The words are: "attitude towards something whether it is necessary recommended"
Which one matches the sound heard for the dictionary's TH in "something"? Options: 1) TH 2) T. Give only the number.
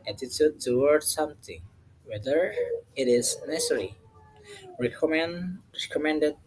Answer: 2